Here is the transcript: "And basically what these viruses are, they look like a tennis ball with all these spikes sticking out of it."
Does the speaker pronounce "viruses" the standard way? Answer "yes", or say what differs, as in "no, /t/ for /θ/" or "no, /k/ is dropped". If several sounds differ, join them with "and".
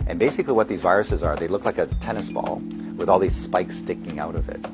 yes